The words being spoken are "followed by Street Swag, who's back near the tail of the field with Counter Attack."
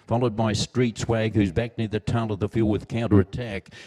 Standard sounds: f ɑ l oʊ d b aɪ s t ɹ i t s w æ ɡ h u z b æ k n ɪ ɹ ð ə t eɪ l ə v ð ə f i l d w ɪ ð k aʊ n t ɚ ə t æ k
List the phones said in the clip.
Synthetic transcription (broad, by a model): f ɑ l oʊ d b aɪ s t ɹ i t s w æ ɡ h u z b æ k n ɪ ɹ ð ə t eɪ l ə v ð ə f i l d w ɪ ð k aʊ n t ɚ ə t æ k